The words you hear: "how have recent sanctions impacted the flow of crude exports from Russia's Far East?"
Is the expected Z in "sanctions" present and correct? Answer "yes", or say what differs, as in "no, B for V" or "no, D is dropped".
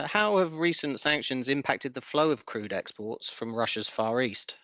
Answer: yes